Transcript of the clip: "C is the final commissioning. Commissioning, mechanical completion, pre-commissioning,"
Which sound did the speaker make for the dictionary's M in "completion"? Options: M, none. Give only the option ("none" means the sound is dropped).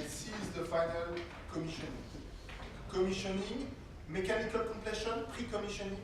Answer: none